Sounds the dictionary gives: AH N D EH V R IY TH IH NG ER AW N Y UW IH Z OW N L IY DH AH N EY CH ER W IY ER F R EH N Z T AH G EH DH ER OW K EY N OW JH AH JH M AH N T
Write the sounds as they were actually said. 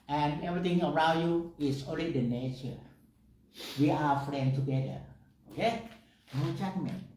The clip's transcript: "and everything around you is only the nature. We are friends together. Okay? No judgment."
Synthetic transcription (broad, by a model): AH N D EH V R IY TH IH NG ER AW N Y UW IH S OW N L IY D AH N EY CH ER W IY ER F R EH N T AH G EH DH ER OW K EY N OW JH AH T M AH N